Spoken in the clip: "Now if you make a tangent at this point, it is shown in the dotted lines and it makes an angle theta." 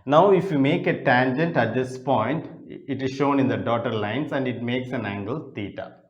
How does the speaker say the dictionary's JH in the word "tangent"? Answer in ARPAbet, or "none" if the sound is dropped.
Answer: JH